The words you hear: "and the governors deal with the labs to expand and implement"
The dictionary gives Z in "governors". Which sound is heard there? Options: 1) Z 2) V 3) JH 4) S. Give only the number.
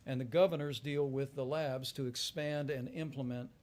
1